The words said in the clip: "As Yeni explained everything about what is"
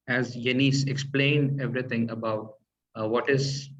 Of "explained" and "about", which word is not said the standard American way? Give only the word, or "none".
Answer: none